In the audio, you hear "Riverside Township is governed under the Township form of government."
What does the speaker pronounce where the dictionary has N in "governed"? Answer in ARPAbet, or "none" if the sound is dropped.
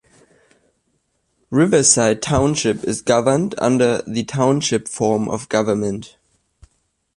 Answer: N